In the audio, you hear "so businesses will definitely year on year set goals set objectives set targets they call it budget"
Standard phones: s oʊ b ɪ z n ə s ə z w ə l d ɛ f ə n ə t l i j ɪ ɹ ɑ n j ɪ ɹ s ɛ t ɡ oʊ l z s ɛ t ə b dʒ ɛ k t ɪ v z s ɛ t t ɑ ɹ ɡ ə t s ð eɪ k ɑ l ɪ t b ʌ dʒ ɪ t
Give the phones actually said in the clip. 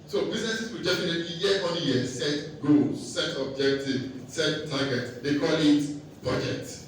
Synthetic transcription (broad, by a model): s oʊ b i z n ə s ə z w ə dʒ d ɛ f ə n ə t i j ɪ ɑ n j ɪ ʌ s ɛ t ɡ oʊ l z s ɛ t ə b dʒ ɛ k t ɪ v s ɛ t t ɑ ɡ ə t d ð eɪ k ɑ l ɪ t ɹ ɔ dʒ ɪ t